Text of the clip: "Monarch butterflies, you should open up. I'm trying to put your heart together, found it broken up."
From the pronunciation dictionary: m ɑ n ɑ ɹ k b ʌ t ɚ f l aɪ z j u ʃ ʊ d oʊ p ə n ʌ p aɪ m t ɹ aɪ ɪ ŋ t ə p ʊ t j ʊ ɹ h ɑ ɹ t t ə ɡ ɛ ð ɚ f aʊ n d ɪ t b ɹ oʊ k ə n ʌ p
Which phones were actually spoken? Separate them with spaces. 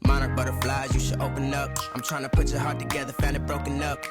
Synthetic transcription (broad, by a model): m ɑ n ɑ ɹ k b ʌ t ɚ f l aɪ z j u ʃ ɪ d oʊ p ə n ʌ p aɪ m t ɹ aɪ ɪ ŋ t ə p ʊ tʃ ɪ h ɑ ɹ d t ə ɡ ɛ ð ɚ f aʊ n ɪ t b ɹ oʊ k ə n ʌ p